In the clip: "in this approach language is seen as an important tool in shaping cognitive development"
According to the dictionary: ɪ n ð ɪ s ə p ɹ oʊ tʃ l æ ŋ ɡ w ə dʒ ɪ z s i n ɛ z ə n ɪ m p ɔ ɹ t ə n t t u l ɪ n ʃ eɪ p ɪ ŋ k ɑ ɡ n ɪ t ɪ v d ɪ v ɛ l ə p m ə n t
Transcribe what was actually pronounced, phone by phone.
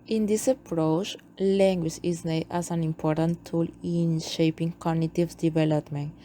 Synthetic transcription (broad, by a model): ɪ n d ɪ s ə p ɹ oʊ tʃ l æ ŋ ɡ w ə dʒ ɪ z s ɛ ɛ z ə n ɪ m p ɔ ɹ t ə n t t u l ɪ n ʃ eɪ p ɪ ŋ k ɑ ɡ n ɪ t ɪ v d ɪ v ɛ l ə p m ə n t